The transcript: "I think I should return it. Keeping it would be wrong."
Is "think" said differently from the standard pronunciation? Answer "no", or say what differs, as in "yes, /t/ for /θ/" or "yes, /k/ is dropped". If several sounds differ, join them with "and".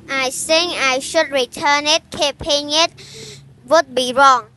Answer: yes, /s/ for /θ/ and /k/ is dropped